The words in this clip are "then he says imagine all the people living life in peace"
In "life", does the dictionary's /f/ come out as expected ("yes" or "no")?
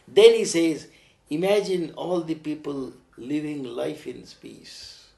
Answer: yes